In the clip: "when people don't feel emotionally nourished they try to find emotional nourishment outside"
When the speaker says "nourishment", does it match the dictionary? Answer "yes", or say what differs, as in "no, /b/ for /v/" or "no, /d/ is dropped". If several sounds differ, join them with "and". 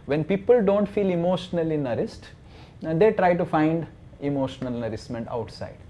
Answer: no, /s/ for /ʃ/